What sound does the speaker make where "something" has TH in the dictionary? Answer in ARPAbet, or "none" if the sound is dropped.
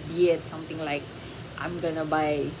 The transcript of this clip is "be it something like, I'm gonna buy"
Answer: T